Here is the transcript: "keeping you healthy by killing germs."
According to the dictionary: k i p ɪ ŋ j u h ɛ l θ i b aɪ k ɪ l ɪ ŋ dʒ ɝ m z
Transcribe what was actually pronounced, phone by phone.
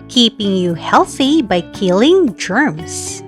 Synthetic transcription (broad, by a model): k i p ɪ ŋ j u h ɛ l θ i b aɪ k ɪ l ɪ ŋ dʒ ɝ m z